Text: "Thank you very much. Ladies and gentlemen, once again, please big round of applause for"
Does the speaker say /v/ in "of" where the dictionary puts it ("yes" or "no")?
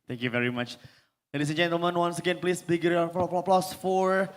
no